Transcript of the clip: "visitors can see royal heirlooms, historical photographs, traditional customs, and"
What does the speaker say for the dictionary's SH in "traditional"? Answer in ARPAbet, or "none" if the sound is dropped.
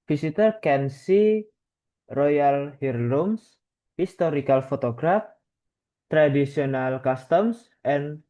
S